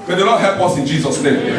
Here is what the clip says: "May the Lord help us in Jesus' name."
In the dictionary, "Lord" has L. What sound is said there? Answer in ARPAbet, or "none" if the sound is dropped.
N